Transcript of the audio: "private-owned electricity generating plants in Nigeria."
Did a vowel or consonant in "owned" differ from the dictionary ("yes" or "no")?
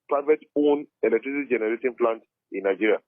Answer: yes